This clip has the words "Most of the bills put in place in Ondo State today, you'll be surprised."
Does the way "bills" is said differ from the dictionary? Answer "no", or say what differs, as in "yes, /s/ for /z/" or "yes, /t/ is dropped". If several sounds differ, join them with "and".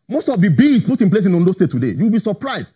yes, /l/ is dropped